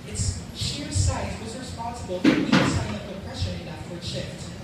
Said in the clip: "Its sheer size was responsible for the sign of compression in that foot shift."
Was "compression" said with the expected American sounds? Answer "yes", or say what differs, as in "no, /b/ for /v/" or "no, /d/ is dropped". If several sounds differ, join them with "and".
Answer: no, /m/ is dropped